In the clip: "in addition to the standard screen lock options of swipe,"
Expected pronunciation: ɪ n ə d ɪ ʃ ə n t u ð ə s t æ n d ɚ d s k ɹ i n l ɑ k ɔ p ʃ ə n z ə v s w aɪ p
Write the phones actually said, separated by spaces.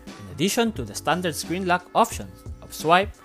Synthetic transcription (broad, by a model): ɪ n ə d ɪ ʃ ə n t u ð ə s t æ n d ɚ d s k ɹ i n l ɑ k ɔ p ʃ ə n ə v s w aɪ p